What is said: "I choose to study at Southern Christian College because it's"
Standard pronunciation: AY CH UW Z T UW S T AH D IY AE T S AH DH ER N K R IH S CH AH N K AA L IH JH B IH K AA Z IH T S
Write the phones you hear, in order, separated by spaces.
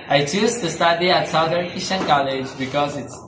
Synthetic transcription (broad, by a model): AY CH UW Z T UW S T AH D IY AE T S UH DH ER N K IH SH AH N K AA L IH JH B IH K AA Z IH T S